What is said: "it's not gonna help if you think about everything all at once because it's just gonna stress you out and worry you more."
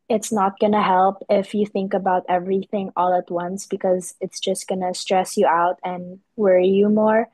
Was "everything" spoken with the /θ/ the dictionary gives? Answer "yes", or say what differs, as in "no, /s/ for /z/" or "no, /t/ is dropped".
yes